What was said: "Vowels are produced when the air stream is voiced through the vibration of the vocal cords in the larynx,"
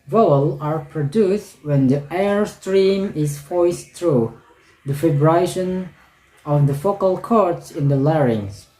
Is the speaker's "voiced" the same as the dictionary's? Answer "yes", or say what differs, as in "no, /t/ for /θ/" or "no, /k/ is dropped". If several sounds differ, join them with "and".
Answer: no, /f/ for /v/